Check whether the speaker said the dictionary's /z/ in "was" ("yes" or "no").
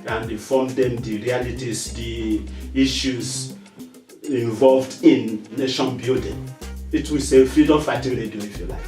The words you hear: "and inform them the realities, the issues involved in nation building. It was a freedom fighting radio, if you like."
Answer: no